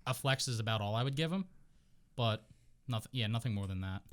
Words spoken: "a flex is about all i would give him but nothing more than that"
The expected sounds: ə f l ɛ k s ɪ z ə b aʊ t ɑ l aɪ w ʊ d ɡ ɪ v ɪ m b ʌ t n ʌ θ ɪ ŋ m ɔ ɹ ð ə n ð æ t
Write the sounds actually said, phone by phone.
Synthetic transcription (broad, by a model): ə f l ɛ k s ɪ z ə b aʊ t ɑ l aɪ w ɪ d ɡ ɪ v ɪ m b ʌ t n ʌ θ ɪ ŋ m ɔ ɹ ð ə n ð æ t